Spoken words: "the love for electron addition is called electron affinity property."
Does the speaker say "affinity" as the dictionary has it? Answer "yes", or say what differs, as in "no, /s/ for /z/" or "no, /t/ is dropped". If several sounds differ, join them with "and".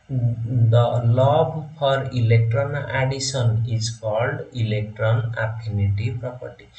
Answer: no, /p/ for /f/